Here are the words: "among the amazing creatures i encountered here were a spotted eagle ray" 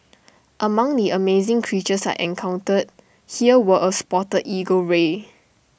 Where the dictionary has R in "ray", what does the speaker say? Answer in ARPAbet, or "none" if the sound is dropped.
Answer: R